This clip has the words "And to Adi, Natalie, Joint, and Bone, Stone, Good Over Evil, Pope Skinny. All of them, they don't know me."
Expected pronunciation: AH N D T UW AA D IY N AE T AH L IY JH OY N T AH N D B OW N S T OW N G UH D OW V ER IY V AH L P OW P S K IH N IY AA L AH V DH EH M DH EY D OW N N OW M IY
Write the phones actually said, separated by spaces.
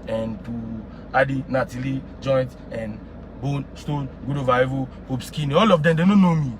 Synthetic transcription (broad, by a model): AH N T UW AA D IY N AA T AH L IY JH OY N T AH N B OW N S T OW N G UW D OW V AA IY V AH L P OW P S K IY N AA L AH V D EH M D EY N OW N N OW M IY